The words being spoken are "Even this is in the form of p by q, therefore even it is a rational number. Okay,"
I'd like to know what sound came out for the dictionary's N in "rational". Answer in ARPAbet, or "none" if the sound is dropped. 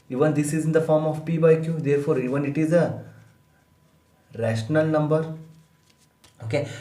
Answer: N